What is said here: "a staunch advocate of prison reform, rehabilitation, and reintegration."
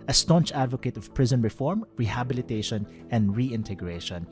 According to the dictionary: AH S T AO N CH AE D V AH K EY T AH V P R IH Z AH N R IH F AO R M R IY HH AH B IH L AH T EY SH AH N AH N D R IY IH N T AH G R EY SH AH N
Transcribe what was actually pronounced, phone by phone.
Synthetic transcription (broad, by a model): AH S T AO N CH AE D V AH K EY T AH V P R IH Z AH N R IH F AO R M R IY HH AH B IH L AH T EY SH AH N AH N D R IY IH N T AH G R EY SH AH N